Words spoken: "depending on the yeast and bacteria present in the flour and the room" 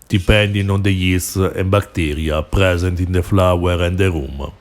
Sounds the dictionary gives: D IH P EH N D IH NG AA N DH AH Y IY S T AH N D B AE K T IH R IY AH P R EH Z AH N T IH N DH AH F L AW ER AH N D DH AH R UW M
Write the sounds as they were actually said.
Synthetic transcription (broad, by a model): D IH P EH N D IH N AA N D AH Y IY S AH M B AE K T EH R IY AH P R EH Z AH N T IH N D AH F L AW ER AH N D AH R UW M